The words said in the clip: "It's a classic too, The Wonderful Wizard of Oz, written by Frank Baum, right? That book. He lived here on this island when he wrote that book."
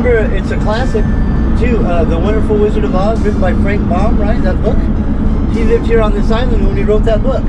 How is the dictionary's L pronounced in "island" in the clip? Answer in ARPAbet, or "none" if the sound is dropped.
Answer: N